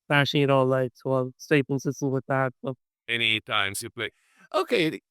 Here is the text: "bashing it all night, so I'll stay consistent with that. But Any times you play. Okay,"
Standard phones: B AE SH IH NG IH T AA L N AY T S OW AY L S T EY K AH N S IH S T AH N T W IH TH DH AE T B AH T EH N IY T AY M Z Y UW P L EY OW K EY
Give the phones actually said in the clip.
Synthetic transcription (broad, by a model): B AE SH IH IH T AA L L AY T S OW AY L S T EY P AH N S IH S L W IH DH AE T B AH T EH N IY T AY M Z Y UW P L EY OW K EY